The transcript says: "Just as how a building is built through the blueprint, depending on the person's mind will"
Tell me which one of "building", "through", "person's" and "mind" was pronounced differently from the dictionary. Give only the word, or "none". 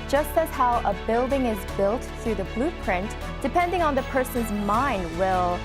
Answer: none